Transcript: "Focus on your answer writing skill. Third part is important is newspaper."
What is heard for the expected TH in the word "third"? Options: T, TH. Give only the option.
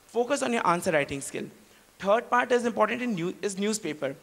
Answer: T